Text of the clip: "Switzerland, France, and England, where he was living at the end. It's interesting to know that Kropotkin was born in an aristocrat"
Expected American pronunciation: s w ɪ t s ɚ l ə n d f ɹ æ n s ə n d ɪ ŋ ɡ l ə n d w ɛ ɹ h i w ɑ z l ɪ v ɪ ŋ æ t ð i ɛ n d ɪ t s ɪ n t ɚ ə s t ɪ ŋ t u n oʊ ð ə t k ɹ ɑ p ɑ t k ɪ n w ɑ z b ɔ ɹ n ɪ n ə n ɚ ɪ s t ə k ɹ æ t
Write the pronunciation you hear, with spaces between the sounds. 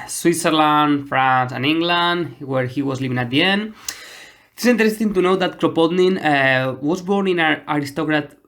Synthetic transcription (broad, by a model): s w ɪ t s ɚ l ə n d f ɹ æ n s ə n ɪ ŋ ɡ l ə n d w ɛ ɹ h i w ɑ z l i v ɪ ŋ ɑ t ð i ɛ n d ɪ t s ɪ n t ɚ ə s t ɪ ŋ t u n oʊ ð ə t k ɹ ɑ p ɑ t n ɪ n w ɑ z b ɔ ɹ n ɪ n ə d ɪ s t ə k ɹ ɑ t